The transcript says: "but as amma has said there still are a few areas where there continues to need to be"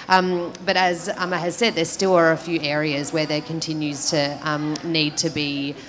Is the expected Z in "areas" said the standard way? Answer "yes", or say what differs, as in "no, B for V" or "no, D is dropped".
yes